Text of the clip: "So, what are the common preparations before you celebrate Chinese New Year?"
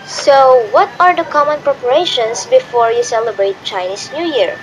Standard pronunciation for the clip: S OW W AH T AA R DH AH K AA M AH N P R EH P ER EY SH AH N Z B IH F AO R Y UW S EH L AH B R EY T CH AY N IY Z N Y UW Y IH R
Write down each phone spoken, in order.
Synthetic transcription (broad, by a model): S OW W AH T AA R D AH K AA M AH N P R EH P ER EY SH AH N S B IH F AO R Y UW S EH L AH B R EY T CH AY N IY S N Y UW Y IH R